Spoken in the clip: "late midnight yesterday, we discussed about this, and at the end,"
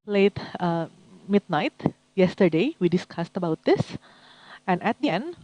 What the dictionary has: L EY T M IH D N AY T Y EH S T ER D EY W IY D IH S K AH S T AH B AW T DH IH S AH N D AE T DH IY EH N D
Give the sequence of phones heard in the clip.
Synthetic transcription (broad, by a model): L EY T M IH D N AY T Y EH S T ER D EY W IY D IH S K AH S T AH B AW T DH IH S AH N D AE T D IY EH N D